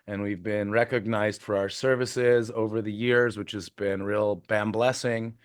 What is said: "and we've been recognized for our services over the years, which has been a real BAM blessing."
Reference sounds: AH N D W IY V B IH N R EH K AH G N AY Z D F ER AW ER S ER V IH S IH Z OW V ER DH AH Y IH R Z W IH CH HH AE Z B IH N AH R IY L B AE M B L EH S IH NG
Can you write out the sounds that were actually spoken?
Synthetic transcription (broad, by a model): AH N W IY V B IH N R EH K AH G N AY Z D F ER AW ER S ER V IH S IH Z OW V ER DH AH Y IH R Z W IH CH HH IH Z B IH N R IY L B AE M B L EH S IH NG